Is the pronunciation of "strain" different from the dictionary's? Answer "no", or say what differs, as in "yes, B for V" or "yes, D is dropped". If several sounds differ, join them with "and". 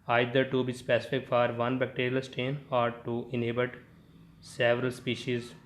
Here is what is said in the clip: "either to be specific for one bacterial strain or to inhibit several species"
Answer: yes, R is dropped